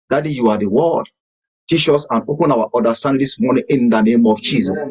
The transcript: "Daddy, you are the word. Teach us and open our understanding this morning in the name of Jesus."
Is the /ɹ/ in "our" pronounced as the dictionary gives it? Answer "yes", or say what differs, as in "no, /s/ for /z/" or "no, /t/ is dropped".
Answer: no, /w/ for /ɹ/